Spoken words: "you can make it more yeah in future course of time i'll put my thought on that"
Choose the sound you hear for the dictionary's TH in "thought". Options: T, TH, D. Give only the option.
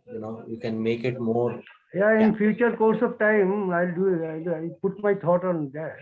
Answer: T